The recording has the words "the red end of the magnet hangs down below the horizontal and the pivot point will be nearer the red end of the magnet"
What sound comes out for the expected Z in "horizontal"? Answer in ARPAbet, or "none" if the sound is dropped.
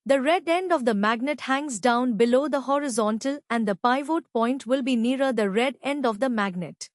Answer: Z